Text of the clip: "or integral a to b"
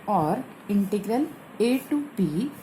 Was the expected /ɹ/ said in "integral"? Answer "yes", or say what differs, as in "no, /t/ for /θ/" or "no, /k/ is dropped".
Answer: yes